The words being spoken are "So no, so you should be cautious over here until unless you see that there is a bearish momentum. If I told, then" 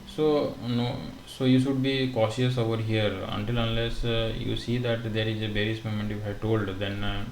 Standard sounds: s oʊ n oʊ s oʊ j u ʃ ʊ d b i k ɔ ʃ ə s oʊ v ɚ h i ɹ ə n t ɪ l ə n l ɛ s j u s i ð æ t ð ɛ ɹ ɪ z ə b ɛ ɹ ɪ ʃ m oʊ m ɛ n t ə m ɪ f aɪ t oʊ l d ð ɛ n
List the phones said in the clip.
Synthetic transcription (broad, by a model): s oʊ n oʊ s oʊ j u ʃ ʊ d b i k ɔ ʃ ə s oʊ v ɚ h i ɹ ə n t ɪ l ə n l ɛ s j u s i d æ t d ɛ ɹ ɪ z ə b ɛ ɹ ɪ s m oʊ m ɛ n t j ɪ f aɪ t oʊ l d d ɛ n